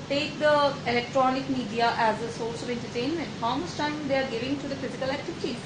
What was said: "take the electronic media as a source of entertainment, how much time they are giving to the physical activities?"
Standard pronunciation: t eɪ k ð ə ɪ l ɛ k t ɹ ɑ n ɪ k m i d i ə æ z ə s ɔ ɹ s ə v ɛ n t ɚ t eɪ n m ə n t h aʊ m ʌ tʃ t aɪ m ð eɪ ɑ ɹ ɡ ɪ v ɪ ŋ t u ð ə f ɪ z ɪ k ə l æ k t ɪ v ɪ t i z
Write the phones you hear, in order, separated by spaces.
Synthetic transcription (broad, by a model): t eɪ k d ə ɪ l ɛ k t ɹ ɑ n ɪ k m i d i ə æ z ə s ɔ l s ə v ɛ n t ɚ t eɪ n m ə n t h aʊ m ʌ s t aɪ m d eɪ ɑ ɹ ɡ ɪ v ɪ ŋ t u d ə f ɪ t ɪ k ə l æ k t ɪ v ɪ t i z